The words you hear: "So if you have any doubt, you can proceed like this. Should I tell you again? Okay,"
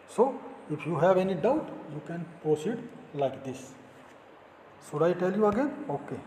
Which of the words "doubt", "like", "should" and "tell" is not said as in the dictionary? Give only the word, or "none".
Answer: should